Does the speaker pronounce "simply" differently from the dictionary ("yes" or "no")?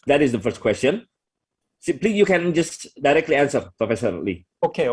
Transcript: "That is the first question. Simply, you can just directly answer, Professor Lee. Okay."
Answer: yes